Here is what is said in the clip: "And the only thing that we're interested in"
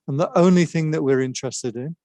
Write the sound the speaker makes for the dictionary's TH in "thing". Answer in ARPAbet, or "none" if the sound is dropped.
TH